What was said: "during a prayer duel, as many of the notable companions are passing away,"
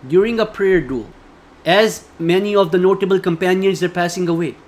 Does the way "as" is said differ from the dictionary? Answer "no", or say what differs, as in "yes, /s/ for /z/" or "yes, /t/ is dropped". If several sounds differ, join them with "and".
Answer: no